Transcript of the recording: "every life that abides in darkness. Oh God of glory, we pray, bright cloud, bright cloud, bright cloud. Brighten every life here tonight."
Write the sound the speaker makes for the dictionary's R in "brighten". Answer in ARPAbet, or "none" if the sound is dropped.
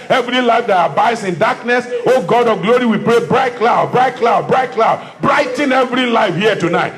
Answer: R